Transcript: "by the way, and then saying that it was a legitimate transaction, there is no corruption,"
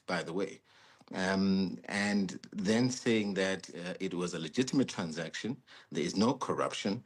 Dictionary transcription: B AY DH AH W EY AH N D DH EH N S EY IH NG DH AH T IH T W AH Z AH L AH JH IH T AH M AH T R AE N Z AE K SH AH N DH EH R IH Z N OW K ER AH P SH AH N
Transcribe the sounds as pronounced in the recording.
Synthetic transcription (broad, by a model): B AY DH AH W EY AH N DH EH N S EY IH NG DH AH T IH T W AH Z AH L AH JH IH T AH M AH T R AE N Z AE K SH AH N DH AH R IH Z N OW K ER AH P SH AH N